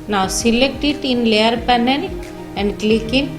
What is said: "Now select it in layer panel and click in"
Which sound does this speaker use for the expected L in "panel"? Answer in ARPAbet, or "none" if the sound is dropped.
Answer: N